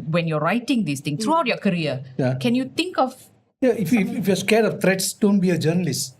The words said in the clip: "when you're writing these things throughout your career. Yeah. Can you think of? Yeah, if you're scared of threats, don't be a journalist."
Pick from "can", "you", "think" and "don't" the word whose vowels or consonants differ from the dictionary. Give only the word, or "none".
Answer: think